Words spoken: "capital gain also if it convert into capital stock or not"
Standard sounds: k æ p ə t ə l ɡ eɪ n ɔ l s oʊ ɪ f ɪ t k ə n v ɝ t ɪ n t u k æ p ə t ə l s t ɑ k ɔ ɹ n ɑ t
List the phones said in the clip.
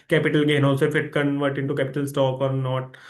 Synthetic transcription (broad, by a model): k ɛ p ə t ə l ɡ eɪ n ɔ s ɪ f ɪ t k ə n v ɝ t ɪ n t u k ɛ p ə t ə l s t ɑ k ɔ ɹ n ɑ t